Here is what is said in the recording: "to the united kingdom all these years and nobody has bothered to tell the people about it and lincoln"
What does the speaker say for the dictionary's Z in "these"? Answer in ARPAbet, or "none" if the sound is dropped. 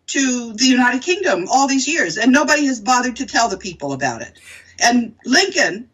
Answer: Z